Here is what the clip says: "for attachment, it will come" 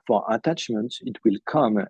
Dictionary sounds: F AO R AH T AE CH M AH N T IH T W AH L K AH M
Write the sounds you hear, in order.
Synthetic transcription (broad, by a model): F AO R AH T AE CH M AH N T IH T W AH L K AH M